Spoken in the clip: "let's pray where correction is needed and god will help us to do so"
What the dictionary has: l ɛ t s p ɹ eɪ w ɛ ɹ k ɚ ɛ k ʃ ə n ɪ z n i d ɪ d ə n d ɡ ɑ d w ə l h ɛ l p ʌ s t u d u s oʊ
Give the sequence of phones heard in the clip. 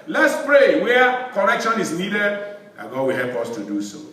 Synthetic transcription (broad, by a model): l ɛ t s p ɹ eɪ w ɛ k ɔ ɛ k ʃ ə n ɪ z n i d ɪ d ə ɡ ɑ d w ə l h ɛ l p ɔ s t u d u s oʊ